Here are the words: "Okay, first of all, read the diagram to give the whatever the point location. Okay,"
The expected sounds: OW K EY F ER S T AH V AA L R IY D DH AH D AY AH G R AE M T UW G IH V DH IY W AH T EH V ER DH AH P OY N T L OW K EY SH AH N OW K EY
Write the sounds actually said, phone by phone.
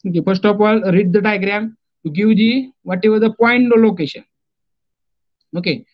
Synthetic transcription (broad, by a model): OW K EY F ER S T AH P AA L R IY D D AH D AY AH G R AE M T UW G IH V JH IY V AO T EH V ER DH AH P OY N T L OW K EY SH AH N OW K EY